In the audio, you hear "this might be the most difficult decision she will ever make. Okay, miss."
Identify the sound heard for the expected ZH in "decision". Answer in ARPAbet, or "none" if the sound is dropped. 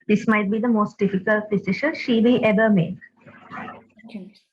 SH